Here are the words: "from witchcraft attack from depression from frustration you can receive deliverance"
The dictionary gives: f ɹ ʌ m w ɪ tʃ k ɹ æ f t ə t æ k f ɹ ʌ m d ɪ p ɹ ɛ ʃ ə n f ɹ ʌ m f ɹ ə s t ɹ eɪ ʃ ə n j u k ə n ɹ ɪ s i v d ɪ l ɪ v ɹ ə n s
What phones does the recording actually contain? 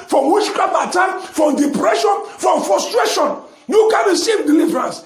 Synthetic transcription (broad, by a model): f ɹ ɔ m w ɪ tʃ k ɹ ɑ t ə t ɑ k f ɹ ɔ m d ɪ p ɹ ɛ ʃ ə n f ɹ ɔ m f ɹ ə s t ɹ eɪ ʃ ə n j u k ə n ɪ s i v d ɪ l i v ɹ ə n s